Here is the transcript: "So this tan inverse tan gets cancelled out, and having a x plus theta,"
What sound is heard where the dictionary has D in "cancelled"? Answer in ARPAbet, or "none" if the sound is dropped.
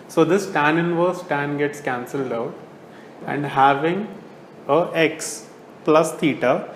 D